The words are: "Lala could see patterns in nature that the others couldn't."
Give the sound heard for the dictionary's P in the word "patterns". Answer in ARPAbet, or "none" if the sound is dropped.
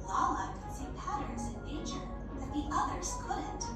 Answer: P